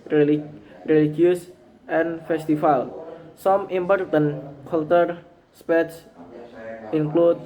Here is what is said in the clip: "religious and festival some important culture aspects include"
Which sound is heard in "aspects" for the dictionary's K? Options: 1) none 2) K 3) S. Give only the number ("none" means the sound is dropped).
1